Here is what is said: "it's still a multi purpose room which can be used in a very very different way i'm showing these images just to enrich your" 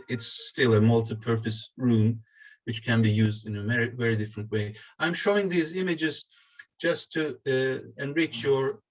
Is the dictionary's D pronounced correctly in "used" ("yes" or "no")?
yes